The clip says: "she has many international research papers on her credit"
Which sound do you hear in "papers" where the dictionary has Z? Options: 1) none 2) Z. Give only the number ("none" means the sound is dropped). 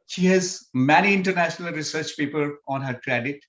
1